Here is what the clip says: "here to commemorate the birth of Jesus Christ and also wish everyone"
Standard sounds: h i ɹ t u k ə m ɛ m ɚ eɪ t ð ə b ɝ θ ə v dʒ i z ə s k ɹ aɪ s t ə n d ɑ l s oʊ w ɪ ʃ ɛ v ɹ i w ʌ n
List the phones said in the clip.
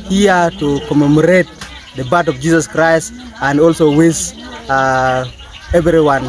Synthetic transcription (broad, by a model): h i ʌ t u k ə m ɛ m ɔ eɪ t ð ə b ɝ t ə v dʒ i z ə s k ɹ aɪ s t ə n d ɑ l s oʊ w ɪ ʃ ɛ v ɹ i w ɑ n